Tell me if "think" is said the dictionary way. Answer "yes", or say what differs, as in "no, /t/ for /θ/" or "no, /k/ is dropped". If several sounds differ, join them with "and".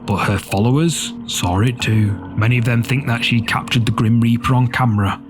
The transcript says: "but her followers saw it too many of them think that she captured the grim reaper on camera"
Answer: yes